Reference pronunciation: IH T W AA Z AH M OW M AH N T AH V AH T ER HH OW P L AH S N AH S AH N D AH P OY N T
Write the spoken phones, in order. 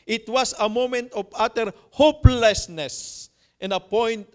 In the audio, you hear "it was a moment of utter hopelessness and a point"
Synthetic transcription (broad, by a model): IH T W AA S AH M OW M AH N T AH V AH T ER HH OW P L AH S N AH S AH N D AH P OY N T